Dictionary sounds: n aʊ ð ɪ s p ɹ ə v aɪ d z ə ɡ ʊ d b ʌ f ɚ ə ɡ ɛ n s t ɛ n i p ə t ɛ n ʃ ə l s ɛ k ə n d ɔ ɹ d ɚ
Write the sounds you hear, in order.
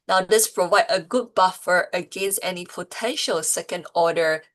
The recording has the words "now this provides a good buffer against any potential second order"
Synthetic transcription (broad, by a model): n aʊ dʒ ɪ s p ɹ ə v aɪ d ə ɡ ʊ d b ʌ f ɚ ə ɡ ɛ n s t ɛ n i p ə t ɛ n ʃ ə l s ɛ k ə n d ɔ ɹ d ɚ